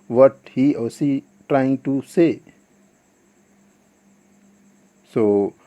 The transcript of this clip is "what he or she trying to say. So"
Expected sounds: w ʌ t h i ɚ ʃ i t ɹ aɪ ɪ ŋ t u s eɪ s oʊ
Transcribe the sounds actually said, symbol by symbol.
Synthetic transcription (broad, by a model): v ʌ t h i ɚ s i t ɹ aɪ ɪ ŋ t u s eɪ s oʊ